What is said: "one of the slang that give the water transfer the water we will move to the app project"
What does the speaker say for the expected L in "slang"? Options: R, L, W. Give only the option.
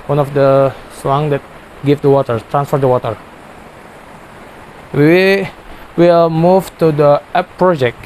W